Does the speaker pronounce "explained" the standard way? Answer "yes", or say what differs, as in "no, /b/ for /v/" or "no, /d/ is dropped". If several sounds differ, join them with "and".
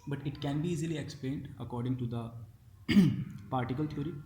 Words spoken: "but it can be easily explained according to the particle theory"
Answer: yes